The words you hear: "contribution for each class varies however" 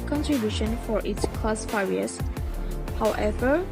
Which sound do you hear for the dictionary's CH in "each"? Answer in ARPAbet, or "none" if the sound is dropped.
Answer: S